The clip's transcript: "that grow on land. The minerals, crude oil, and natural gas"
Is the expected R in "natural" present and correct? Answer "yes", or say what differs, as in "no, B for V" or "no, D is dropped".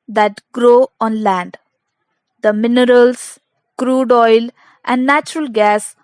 yes